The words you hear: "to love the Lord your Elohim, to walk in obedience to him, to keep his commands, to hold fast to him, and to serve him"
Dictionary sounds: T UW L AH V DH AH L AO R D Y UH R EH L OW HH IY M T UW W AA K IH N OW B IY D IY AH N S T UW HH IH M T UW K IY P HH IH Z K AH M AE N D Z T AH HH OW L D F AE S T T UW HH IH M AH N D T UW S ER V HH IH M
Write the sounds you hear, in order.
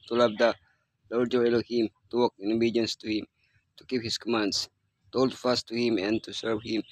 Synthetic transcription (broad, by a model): T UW L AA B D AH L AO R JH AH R EH L OW HH IY M T UW W AA K IH N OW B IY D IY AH N S T UW HH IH M T UW K IY P HH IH S K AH M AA N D S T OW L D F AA S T T UW HH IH M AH N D T UW S ER V HH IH M